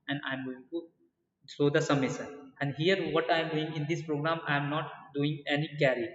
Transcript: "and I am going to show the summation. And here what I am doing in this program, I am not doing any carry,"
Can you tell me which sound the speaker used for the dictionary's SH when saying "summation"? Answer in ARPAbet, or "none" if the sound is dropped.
S